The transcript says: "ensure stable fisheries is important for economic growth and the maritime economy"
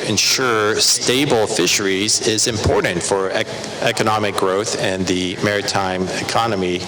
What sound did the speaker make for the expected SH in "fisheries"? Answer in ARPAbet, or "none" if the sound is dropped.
SH